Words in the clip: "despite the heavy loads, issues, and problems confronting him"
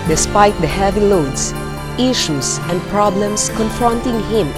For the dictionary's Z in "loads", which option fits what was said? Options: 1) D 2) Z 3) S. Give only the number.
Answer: 3